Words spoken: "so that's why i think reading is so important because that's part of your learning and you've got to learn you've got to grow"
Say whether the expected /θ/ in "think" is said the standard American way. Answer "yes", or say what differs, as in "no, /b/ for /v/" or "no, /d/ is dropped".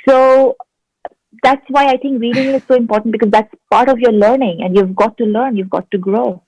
no, /t/ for /θ/